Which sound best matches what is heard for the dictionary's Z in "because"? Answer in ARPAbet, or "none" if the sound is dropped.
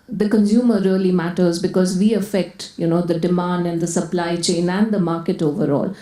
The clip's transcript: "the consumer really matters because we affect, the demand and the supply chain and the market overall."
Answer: Z